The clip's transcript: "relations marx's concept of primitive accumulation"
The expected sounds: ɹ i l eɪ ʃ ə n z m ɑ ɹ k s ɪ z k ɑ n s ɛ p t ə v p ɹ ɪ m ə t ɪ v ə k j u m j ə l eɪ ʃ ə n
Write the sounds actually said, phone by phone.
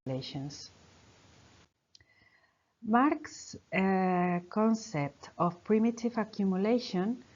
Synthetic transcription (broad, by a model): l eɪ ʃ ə n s m ɑ ɹ k s k ɑ n s ɛ p t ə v p ɹ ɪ m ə t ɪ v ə k j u m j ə l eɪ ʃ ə n